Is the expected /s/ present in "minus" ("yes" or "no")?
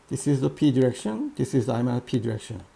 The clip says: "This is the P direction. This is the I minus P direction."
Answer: no